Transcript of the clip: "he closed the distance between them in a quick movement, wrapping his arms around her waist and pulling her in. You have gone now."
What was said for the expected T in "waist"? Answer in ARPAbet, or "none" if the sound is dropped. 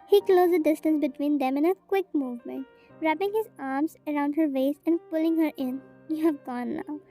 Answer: none